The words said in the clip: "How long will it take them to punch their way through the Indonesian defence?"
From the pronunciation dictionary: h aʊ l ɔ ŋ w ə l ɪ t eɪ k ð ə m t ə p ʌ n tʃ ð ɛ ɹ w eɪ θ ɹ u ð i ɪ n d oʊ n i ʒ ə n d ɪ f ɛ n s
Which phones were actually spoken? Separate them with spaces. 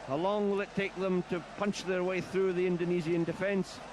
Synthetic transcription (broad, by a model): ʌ l ɔ ŋ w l ɪ t eɪ k ð ə m t ə p ʌ n tʃ ð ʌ ɹ w eɪ θ ɹ u ð i ɪ n d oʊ n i z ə n d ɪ f ɛ n s